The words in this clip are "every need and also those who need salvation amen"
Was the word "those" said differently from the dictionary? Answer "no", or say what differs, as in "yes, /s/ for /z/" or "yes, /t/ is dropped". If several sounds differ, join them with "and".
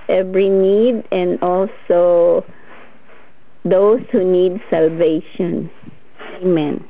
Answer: yes, /s/ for /z/